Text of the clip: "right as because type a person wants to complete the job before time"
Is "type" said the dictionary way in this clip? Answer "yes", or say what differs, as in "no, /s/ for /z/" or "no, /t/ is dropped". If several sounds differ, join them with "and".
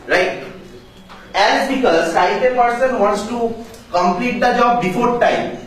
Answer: no, /s/ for /t/